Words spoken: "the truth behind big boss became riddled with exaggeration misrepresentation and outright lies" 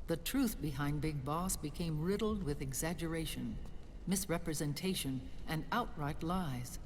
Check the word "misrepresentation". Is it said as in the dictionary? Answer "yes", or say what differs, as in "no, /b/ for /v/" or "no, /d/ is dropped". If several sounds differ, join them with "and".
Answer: yes